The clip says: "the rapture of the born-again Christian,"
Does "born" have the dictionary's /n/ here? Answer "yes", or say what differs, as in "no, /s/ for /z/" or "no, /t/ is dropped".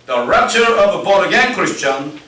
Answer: no, /n/ is dropped